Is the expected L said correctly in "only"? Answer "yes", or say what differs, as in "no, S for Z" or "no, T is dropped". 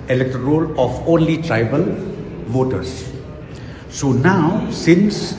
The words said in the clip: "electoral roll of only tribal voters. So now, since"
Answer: yes